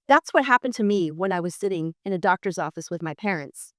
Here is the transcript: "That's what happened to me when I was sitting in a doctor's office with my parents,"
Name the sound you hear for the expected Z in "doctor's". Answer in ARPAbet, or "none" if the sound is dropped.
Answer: Z